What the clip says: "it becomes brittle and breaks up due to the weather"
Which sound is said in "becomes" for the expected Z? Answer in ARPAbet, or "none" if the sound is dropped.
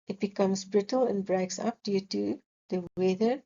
S